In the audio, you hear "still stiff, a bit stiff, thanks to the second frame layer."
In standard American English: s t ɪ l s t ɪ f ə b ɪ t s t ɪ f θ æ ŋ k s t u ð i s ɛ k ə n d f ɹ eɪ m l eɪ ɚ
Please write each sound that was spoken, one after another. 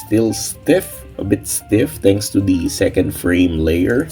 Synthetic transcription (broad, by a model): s t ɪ l s t ɪ f ə b ɪ t s t ɪ f t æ ŋ k s t u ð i s ɛ k ə n d f ɹ eɪ m l eɪ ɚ